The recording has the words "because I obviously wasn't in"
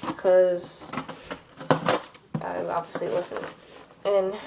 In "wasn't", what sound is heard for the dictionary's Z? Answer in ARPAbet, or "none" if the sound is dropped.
S